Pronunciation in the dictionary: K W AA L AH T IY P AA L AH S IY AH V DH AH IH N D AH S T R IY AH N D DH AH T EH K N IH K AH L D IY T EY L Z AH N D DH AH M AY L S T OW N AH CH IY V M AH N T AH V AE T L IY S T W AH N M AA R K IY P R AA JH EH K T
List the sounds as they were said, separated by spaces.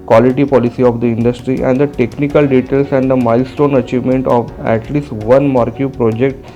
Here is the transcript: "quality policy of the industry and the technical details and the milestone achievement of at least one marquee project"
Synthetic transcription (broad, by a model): K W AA L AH T IY P AA L AH S IY AH V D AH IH N D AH S T R IY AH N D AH T EH K N IH K AH L D IY T EY L S AH N D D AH M AY L S T OW N AH CH IY V M AH N T AH V AE T L IY S T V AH N M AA R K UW P R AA JH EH K T